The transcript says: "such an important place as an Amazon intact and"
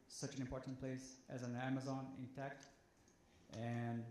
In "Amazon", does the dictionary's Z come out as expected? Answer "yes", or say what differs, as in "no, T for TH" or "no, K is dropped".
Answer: yes